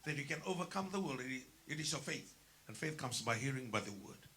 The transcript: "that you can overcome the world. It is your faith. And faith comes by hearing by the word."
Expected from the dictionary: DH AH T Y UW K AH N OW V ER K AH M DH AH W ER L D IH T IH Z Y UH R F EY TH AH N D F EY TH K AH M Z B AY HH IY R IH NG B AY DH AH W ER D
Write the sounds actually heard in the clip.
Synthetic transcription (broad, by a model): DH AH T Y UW K AH N OW V ER K AH M DH AH W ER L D IH T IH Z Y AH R F EY TH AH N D F EY TH K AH M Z B AY HH IY R IH NG B AY DH AH W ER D